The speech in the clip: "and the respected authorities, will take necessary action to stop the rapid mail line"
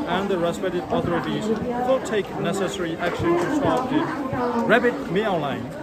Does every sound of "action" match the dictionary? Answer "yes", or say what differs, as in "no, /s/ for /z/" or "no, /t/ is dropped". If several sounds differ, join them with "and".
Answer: yes